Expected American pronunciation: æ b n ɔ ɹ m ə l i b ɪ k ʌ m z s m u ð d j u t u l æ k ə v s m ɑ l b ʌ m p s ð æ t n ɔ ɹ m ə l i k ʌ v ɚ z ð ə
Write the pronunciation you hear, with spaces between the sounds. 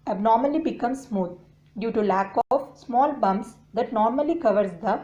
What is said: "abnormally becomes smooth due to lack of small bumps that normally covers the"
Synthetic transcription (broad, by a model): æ b n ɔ ɹ m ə l i b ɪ k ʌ m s s m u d d j u t u l æ k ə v s m ɑ l b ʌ m s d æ t n ɔ ɹ m ə l i k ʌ v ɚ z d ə